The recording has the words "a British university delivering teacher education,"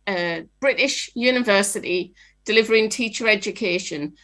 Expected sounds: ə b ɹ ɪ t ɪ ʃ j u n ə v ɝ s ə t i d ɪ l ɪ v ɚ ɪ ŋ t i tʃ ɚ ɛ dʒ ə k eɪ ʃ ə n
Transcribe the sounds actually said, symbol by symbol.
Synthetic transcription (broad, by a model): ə b ɹ ɪ t ɪ ʃ j u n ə v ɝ s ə t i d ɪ l ɪ v ɚ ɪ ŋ t i tʃ ɚ ɛ dʒ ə k eɪ ʃ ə n